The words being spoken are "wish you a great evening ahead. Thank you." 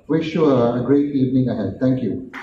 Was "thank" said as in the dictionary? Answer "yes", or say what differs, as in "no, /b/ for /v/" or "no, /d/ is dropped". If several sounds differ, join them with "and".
no, /t/ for /θ/